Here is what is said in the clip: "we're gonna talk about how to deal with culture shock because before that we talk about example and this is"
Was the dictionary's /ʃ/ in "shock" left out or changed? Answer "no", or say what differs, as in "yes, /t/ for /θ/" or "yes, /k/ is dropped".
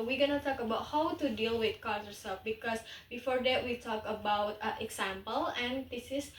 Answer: yes, /s/ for /ʃ/